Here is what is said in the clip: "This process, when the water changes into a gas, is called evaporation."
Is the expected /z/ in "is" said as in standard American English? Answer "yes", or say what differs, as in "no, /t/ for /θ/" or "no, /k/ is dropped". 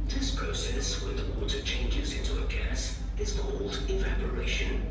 yes